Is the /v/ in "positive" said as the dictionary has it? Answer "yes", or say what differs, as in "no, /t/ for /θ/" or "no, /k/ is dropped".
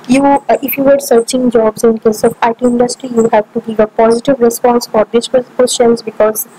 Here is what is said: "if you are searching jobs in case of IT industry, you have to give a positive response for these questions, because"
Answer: yes